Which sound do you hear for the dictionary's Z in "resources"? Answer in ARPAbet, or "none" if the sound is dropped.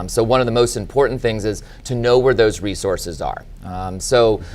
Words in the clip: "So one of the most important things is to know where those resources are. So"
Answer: Z